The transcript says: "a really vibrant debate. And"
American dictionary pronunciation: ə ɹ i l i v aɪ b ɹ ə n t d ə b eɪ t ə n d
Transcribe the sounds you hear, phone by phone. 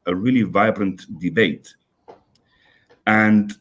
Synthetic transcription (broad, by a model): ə ɹ i l i v aɪ b ɹ ə n t d ə b eɪ t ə n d